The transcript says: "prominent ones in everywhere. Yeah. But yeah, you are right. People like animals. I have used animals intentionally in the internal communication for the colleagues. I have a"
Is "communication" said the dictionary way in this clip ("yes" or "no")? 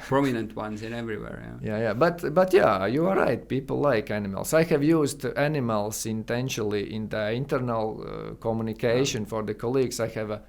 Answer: yes